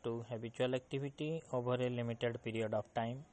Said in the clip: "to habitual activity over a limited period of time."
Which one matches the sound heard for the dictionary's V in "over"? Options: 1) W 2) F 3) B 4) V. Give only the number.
3